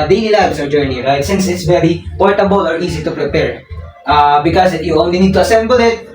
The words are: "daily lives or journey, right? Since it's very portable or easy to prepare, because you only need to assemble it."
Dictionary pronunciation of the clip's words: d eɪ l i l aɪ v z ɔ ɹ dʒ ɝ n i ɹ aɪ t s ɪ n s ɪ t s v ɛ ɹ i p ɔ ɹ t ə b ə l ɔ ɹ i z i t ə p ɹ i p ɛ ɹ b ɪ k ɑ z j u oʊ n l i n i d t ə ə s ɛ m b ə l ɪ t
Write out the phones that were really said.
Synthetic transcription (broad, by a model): d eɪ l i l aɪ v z ɔ ɹ dʒ ɝ n i ɹ aɪ t s ɪ n s ɪ t s v ɛ ɹ i p ɔ ɹ t ə b ə l ɔ ɹ i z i t ə p ɹ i p ɛ ɹ b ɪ k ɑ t j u oʊ n l i n i d t ə ə s ɛ m b ə l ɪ t